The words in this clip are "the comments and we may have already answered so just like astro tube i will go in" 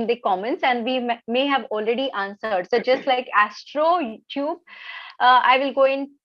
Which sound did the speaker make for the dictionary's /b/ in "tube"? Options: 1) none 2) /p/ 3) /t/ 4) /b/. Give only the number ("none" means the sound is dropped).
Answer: 4